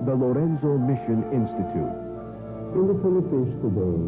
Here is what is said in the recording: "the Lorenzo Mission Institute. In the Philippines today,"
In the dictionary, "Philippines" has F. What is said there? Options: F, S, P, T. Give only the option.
P